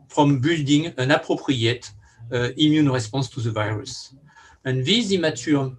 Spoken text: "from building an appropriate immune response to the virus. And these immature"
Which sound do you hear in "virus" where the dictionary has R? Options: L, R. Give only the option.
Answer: R